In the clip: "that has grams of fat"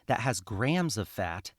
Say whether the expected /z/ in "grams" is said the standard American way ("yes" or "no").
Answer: yes